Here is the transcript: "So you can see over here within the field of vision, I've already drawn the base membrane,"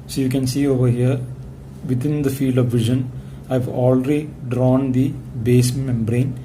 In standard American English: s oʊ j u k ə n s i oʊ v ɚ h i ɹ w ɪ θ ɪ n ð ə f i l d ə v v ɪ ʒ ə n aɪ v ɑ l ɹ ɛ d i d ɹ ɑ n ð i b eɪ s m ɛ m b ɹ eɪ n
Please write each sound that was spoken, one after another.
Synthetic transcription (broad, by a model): s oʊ j u k ə n s i oʊ v ɚ h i ɹ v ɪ t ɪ n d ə f i l d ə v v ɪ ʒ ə n aɪ v ɑ l ɹ ɛ d i d ɹ ɑ n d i b eɪ s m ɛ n b ɹ eɪ n